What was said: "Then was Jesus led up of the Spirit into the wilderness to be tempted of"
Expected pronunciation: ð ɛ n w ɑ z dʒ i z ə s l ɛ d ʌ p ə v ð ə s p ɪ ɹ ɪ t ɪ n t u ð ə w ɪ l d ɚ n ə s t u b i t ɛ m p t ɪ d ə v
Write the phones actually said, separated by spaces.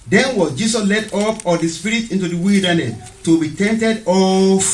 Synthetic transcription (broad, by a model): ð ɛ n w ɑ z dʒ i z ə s l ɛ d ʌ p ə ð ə s p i ɹ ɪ t ɪ n t u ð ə w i l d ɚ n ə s t u b i t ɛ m t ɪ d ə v